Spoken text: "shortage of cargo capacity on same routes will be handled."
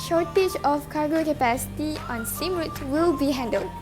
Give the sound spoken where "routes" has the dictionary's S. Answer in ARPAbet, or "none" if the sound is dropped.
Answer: none